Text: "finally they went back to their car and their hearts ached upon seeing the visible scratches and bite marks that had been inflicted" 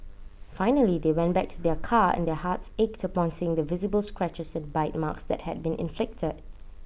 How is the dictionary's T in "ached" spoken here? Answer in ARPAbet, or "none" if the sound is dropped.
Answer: T